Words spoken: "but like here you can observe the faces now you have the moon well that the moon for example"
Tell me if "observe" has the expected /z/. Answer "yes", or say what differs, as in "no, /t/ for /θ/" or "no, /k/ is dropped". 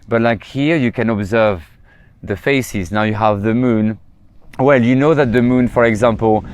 yes